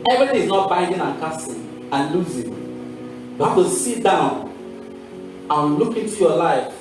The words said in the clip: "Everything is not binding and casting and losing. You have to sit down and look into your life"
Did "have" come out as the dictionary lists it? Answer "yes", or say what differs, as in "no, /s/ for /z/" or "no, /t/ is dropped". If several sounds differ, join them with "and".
no, /f/ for /v/